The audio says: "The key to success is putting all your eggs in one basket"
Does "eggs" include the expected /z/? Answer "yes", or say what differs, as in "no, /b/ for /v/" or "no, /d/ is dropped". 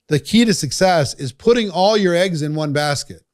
yes